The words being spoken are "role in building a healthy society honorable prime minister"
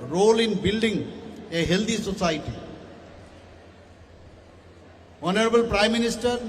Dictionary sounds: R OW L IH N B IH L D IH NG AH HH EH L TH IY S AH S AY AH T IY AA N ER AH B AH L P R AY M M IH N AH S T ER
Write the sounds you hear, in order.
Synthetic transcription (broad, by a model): R OW L IH N B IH L D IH NG AH HH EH L T IY S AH S AY T IY AA N ER AH B AH L P R AY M M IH N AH S T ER